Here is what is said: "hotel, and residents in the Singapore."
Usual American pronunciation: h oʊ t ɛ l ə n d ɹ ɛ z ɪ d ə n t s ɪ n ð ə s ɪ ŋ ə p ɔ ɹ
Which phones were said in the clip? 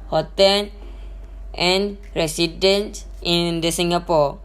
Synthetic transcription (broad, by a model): h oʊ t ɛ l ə n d ɹ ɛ s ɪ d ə n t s ɪ n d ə s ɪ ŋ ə p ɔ